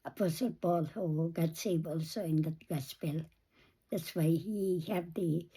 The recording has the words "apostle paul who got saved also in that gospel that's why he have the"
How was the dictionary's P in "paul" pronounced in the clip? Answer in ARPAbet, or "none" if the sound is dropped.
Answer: B